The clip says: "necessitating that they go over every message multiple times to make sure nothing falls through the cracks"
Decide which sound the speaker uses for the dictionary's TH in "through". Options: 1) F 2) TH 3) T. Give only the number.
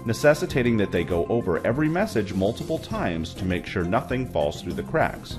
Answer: 2